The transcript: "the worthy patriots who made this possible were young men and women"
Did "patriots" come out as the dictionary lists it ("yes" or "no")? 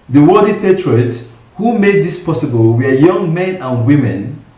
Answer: no